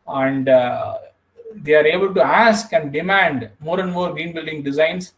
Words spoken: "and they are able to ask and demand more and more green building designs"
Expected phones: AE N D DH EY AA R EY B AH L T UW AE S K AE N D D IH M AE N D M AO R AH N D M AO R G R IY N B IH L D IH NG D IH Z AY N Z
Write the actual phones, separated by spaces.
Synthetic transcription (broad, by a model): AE N D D EY AA R EY B AH L T UW AE S K AE N D D IH M AE N D M AO R AH N D M AO R G R IY N B IH L D IH NG D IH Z AY N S